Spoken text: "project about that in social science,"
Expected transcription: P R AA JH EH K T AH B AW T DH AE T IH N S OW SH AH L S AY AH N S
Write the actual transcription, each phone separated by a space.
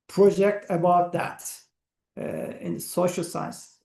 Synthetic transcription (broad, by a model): P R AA JH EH K T AH B AW T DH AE T IH N S OW SH AH L S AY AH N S